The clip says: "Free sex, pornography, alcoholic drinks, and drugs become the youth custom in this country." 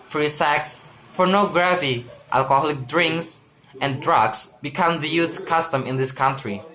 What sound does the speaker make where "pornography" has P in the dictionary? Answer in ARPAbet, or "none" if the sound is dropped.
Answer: F